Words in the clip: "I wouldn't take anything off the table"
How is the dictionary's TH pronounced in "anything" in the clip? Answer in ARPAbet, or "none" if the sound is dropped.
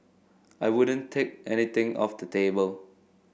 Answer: T